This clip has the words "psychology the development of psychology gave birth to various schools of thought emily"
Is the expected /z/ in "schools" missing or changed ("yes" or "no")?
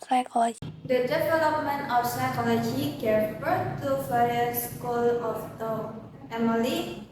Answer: yes